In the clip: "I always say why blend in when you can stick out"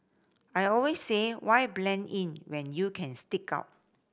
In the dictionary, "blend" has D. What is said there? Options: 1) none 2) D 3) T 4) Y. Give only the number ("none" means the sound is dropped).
1